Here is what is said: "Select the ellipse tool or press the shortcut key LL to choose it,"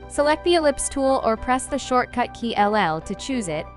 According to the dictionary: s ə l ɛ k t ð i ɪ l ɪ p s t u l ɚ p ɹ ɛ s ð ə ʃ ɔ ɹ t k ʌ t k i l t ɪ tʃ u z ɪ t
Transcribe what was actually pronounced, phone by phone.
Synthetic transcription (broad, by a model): s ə l ɛ k t ð i ɪ l ɪ p s t u l ɚ p ɹ ɛ s ð ə ʃ ɔ ɹ t k ʌ t k i l t ɪ tʃ u z ɪ t